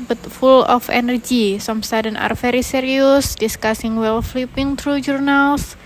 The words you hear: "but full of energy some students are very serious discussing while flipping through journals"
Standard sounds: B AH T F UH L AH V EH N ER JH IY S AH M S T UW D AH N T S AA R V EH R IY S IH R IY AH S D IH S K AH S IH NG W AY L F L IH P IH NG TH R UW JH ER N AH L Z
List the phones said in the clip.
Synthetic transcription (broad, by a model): B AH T F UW L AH F EH N ER JH IY S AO M S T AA D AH N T AA R F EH R IY S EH R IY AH S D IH S K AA S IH NG W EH L F L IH P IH NG T R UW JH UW N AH L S